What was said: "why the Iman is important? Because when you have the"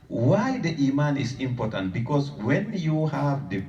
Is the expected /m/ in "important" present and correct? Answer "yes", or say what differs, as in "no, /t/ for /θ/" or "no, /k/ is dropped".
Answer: yes